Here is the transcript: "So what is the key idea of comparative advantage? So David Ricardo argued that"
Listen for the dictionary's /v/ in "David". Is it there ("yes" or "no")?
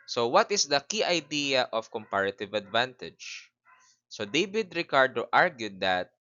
no